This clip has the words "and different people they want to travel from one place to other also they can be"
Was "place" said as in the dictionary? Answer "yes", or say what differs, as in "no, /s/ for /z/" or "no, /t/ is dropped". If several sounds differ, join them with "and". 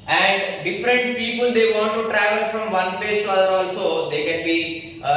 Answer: no, /l/ is dropped